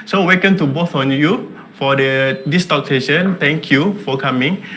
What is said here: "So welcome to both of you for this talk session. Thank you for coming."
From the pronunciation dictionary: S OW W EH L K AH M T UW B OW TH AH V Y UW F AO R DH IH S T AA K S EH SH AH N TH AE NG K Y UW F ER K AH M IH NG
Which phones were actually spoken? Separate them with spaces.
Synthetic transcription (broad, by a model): S OW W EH K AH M T UW B OW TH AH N Y UW F AO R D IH S T AA K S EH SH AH N T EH NG K Y UW F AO K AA M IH NG